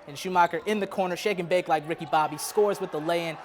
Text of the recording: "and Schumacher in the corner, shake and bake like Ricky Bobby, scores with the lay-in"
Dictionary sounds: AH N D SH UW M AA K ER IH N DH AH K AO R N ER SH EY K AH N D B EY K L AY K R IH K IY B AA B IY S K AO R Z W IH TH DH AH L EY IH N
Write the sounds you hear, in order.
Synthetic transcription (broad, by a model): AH N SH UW M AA K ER IH N DH AH K AO R N ER SH EY K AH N B EY K L AY K R IH K IY B AA B IY S K AO R Z W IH DH AH L EY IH N